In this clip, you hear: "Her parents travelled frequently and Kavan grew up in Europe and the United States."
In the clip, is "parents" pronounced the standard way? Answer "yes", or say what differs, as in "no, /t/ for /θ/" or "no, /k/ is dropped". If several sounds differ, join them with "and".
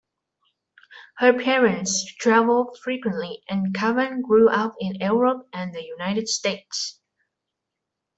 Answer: yes